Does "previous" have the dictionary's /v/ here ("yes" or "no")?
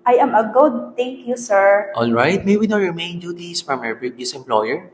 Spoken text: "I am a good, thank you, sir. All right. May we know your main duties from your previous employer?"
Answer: no